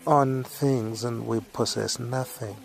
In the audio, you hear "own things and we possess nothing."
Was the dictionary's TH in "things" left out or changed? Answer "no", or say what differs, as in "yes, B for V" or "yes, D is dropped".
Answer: no